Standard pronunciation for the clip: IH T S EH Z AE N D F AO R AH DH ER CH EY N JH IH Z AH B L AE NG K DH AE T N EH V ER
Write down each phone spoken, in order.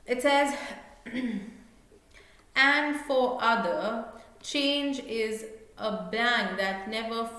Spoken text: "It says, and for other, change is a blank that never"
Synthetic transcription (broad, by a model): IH T S EH Z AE N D F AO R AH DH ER CH EY N JH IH Z AH B AE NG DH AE T N EH V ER